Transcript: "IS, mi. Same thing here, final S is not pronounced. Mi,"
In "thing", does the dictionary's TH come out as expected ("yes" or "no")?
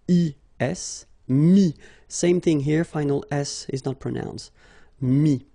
yes